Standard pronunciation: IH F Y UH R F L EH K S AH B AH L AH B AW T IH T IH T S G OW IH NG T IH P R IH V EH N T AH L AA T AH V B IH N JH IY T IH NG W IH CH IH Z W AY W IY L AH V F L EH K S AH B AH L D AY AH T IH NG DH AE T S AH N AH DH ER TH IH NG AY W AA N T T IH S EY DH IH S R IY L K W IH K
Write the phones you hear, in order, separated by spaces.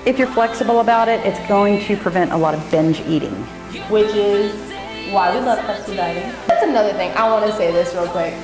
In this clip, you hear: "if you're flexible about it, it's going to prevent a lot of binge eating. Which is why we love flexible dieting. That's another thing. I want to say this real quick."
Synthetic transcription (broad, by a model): IH F Y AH R F L EH K S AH B L AH B AW T IH T IH T S G OW IH NG T IH P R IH V EH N T AH L AA T AH V B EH N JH IY T IH NG W IH CH IH Z W AY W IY L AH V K AH AH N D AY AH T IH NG DH AE T S AH N AH DH ER TH IH NG AY W AA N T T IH S EY DH IH S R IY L K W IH K